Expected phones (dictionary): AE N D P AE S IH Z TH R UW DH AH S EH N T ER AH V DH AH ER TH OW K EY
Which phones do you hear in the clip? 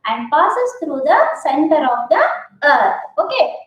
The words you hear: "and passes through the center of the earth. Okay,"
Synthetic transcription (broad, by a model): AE N D P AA S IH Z T R UW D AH S EH N T ER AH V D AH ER T OW K EY